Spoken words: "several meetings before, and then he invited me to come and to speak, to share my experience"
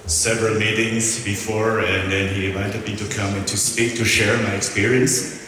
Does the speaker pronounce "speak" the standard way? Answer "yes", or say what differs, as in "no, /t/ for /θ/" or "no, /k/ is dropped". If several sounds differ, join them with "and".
yes